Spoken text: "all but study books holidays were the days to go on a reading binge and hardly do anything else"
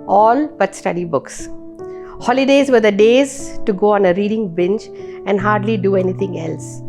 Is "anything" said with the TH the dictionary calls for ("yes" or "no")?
no